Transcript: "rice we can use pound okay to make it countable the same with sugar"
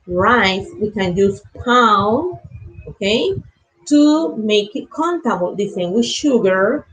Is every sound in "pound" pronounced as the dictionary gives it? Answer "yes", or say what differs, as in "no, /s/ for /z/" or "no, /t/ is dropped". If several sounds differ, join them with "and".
no, /d/ is dropped